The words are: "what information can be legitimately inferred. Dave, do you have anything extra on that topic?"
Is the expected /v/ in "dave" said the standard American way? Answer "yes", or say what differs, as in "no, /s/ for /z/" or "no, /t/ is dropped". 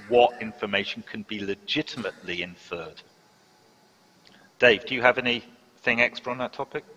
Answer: yes